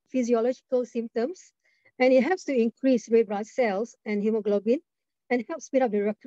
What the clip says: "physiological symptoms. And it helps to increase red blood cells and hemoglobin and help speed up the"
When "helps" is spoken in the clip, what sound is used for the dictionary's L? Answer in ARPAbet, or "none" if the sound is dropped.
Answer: none